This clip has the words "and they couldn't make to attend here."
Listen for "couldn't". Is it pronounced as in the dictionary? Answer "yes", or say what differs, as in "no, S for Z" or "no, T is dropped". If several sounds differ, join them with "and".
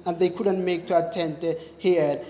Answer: yes